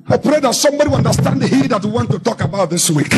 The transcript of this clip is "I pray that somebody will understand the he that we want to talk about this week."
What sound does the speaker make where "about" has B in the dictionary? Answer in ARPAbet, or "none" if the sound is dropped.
B